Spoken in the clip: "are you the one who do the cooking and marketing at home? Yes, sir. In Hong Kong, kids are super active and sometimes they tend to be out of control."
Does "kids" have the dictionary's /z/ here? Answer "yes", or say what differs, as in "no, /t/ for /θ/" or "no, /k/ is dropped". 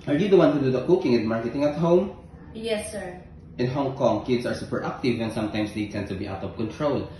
no, /s/ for /z/